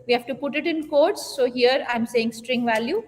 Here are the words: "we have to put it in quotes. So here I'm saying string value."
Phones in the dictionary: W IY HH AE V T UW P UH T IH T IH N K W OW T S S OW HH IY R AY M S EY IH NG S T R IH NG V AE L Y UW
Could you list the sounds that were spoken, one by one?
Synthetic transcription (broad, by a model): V IY HH AE V T UW P UH T IH T IH N K OW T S S OW HH IY R AY M S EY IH NG S T R IH NG V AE L Y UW